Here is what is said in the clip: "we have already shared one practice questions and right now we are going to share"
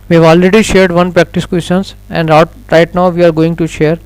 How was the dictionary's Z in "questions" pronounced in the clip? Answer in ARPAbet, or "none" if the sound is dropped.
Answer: S